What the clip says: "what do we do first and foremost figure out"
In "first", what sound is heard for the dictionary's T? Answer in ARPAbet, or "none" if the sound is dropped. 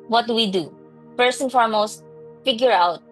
none